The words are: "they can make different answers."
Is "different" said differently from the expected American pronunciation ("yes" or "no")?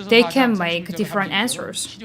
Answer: no